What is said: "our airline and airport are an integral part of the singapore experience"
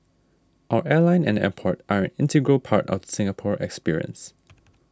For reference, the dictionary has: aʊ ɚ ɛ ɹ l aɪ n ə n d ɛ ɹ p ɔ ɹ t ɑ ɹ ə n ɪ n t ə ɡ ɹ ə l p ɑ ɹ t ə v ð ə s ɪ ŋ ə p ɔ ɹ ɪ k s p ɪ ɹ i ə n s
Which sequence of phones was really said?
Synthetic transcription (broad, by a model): aʊ ɚ ɛ ɹ l aɪ n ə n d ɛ p ɔ ɹ t ɑ ɹ ə n ɪ n t ə ɡ ɹ ə l p ɑ ɹ t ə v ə s ɪ ŋ ə p ɔ ɹ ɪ k s p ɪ ɹ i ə n s